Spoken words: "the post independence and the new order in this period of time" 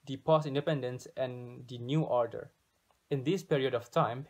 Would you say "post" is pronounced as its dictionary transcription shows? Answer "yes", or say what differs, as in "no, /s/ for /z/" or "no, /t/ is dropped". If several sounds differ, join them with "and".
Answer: no, /t/ is dropped